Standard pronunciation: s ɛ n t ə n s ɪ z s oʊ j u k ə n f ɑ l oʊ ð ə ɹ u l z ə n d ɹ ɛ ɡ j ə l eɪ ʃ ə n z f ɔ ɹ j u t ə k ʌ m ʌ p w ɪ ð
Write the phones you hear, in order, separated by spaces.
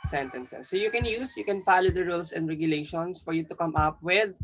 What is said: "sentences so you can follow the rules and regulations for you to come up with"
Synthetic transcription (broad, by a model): s ɛ n t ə n s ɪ s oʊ j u k ə n f ɑ l oʊ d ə ɹ u l s ə n d ɹ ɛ ɡ j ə l eɪ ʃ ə n s f ɔ ɹ j u t ə k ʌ m ʌ p w ɪ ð